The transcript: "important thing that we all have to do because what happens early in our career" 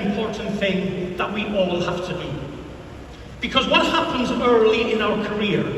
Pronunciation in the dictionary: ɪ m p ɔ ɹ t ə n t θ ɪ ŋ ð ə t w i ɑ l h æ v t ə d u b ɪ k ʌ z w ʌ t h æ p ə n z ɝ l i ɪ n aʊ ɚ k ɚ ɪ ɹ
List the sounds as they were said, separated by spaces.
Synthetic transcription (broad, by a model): m p ɔ ɹ t n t θ ɪ ŋ ð ə t w i ɑ l h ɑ f t ə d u b ɪ k ʌ z w ʌ t h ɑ p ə n z ɝ l i ɪ n aʊ ɚ k ɚ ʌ ɹ